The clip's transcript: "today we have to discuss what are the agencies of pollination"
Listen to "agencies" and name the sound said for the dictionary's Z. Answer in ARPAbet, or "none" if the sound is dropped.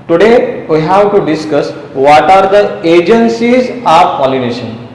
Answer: Z